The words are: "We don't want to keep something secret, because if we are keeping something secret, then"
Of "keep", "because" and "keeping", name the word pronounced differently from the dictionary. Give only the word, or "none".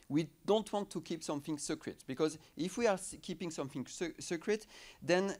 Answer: none